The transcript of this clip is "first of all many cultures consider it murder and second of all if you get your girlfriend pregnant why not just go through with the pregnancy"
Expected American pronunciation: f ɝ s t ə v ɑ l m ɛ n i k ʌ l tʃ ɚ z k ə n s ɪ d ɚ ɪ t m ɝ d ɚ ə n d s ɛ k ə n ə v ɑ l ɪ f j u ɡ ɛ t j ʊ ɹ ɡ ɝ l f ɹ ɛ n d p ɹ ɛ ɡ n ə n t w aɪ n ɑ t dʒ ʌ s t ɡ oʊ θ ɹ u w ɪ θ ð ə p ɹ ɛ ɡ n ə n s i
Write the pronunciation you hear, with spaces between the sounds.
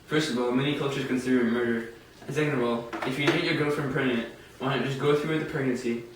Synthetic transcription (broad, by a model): f ɝ s t ə v ɑ l m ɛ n i k ʌ l tʃ ɚ z k ə n s ɪ d ɚ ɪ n m ɝ d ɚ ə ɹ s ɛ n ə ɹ ɑ l ɪ f j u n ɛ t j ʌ ɹ ɡ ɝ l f ɹ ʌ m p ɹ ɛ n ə t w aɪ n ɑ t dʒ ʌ s ɡ oʊ θ ɹ u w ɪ ð ə p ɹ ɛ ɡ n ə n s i